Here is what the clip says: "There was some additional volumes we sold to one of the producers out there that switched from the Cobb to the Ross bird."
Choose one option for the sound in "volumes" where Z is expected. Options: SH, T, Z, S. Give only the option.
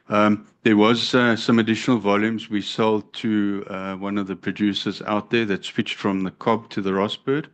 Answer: Z